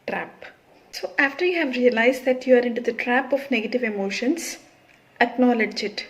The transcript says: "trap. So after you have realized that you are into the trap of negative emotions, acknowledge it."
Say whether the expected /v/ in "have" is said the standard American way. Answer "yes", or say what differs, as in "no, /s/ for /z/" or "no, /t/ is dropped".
yes